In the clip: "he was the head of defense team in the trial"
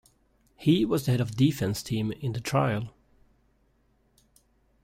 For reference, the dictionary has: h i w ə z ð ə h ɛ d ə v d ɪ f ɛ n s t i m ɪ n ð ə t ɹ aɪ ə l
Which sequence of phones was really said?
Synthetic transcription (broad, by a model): h i w ə z ð ə h ɛ d ə v d ɪ f ɛ n s t i m ɪ n ð ə t ɹ aɪ ə l